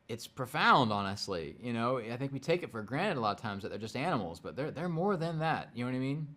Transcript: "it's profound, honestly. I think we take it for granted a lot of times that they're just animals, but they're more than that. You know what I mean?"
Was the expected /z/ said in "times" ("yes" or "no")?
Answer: yes